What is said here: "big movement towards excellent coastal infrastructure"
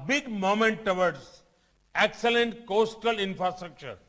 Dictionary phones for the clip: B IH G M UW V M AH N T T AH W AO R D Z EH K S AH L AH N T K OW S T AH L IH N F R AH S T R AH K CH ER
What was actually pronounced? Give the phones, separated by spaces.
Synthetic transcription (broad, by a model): B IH G M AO M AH N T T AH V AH R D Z EH K S AH L AH N T K OW S T AH L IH N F R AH S T R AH K CH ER